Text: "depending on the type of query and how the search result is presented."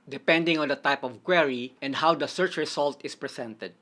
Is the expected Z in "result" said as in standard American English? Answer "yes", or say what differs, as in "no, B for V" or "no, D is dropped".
no, S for Z